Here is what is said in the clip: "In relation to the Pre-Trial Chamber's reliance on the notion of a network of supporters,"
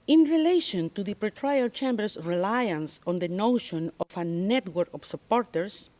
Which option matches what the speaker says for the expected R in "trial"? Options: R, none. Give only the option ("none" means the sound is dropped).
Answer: R